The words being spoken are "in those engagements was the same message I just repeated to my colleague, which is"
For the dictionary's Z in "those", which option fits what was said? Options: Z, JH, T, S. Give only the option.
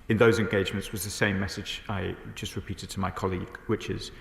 Z